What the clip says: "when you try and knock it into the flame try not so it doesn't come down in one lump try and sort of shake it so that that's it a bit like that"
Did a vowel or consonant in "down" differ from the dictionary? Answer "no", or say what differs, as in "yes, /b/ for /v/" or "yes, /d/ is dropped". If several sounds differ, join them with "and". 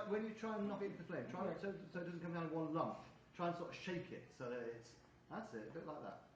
yes, /n/ is dropped